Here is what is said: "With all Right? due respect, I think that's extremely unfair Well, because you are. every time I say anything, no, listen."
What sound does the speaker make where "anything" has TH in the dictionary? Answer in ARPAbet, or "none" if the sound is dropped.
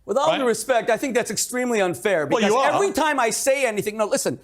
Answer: TH